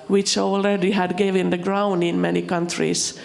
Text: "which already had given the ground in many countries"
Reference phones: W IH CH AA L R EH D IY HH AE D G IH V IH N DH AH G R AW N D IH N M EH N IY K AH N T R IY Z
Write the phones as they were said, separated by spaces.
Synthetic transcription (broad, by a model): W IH CH AA L R EH D IY HH AE D G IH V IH N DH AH G R AW N D IH N M EH N IY K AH N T R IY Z